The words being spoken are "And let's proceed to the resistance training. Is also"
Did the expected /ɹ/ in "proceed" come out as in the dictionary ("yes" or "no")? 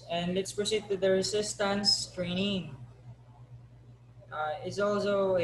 yes